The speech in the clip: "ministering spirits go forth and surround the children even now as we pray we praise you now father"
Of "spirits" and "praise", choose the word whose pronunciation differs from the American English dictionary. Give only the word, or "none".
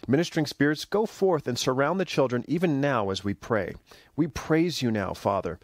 none